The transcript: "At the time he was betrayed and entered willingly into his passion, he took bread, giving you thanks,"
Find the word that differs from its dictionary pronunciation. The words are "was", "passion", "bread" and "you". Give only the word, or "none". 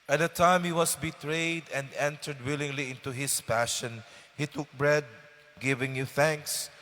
was